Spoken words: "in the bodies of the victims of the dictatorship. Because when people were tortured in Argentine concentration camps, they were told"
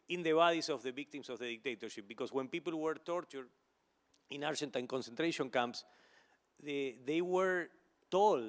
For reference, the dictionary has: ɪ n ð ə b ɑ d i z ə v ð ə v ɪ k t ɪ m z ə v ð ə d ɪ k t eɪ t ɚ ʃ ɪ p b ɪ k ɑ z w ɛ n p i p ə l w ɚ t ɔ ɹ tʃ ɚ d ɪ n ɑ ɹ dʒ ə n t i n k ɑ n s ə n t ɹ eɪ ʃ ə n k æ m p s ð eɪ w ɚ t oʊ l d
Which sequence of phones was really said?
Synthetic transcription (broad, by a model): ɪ n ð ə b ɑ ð i s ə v ð ə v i k t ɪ m s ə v ð ə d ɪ k t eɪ t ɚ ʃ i p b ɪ k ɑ s w ɛ n p i p ə l w ɚ t ɔ ɹ tʃ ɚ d ɪ n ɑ ɹ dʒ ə n t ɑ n k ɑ n s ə n t ɹ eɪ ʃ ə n k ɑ m p s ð eɪ w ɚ t oʊ l